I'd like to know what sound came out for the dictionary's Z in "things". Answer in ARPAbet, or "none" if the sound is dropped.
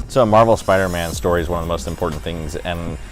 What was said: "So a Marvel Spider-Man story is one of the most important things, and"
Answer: Z